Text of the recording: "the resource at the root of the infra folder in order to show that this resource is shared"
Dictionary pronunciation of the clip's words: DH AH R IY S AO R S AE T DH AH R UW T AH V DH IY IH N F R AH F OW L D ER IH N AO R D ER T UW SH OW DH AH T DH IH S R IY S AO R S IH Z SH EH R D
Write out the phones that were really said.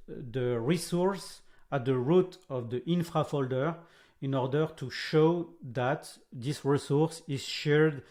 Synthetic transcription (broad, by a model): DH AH R IY S AO R S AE T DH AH R UW T AH V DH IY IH N F R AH F OW L D ER IH N AO R D ER T UW SH OW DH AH T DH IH S R IY S AO R S IH Z SH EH R D